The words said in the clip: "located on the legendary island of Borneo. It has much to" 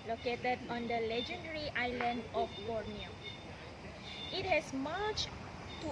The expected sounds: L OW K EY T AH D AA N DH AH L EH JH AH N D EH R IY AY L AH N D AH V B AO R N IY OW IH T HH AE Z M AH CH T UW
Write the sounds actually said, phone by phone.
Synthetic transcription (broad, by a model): L OW K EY T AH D AA N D AH L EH JH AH N D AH R IY AY L AH N D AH F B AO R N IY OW IH T HH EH S M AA CH T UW